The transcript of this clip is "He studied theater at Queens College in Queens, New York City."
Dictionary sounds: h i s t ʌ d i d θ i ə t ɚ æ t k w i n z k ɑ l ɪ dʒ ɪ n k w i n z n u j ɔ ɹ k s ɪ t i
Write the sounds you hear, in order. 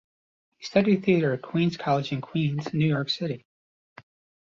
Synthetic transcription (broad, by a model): h i s t ʌ d i d θ i ə t ɚ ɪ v k w i n z k ɑ l ɪ dʒ ɪ n k w i n z n u j ɔ ɹ k s ɪ t i